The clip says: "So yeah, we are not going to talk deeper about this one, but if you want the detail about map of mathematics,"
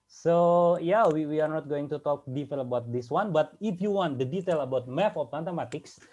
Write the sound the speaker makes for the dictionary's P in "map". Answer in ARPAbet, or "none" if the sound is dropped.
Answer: F